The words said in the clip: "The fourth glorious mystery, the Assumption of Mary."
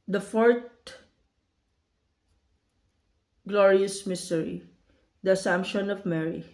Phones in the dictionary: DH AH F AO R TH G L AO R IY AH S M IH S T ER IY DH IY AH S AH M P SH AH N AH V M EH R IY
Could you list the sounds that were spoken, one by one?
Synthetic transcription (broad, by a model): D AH F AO R T G L AO R IY AH S M IH S T ER IY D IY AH S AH M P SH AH N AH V M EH R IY